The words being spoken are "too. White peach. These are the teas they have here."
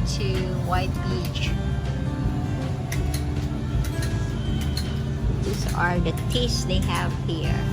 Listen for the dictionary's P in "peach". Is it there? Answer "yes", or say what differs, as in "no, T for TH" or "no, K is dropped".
no, B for P